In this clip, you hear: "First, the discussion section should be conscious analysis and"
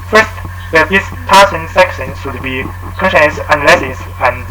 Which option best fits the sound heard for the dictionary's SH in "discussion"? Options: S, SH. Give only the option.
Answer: S